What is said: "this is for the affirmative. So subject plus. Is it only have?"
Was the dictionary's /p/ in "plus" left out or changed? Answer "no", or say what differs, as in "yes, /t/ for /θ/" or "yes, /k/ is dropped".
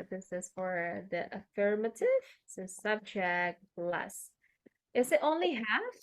yes, /b/ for /p/